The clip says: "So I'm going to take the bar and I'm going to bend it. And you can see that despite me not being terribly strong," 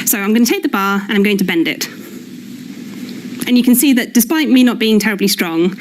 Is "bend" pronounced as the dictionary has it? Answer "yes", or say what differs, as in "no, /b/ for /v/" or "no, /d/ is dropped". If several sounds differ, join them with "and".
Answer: yes